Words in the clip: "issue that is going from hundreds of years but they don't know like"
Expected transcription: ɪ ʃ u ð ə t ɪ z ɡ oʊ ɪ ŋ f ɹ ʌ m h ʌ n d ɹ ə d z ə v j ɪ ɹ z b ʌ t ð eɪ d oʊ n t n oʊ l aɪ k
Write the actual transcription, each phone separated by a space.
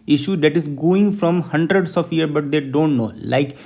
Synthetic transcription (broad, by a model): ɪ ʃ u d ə t ɪ z ɡ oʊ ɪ ŋ f ɹ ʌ m h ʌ n d ɹ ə d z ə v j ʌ ɹ b ʌ t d eɪ d oʊ n t n oʊ l aɪ k